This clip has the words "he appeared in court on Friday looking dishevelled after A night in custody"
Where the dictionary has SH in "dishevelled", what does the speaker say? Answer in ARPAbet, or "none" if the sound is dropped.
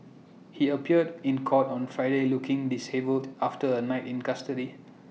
S